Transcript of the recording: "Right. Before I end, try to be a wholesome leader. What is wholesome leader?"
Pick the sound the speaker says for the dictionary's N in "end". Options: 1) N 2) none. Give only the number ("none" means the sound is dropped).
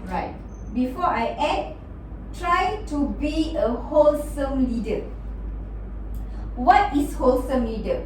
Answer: 2